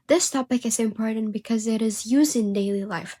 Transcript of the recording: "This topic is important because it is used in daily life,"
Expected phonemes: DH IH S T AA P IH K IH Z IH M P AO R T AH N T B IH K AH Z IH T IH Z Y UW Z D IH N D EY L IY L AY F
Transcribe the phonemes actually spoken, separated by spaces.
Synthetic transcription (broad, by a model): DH IH S T AA P IH K IH Z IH M P AO R T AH N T B IH K AH Z IH T IH Z Y UW Z D IH N D EY L IY L AY F